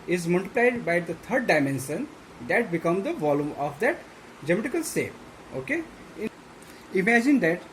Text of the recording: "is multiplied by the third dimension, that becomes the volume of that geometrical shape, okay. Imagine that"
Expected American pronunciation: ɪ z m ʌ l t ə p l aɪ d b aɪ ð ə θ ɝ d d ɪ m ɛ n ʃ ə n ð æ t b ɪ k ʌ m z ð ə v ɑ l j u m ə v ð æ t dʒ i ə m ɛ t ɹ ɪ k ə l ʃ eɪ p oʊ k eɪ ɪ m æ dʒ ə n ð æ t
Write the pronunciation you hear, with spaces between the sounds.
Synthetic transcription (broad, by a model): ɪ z m ʌ l t ə p l aɪ d b aɪ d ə t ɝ d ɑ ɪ m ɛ n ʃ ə n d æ t b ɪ k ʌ m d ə v ɑ l j u m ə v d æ t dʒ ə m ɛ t ɪ k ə l s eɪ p oʊ k eɪ ɪ m æ dʒ ə n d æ t